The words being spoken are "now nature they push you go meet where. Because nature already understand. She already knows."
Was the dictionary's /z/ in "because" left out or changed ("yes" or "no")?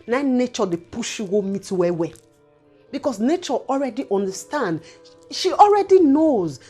yes